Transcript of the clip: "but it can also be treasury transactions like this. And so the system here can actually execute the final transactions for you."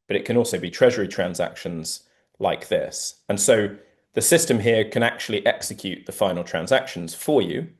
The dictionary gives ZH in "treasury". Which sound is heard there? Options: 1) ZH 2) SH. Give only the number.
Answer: 1